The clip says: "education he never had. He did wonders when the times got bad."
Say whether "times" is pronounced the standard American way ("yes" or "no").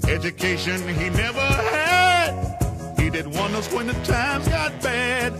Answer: yes